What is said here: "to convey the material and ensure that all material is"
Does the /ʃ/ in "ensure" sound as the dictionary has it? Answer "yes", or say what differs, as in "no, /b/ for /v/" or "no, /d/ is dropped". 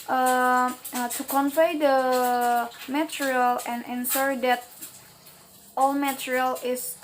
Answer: no, /s/ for /ʃ/